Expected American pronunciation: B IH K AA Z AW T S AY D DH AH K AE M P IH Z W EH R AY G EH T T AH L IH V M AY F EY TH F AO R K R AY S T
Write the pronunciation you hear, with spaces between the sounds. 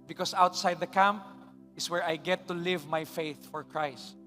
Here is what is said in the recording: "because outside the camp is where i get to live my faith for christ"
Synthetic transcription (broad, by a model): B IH K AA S AW T S AY D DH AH K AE M P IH S W EH R AY G EH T T AH L IH V M AY F EY TH F AO R K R AY S T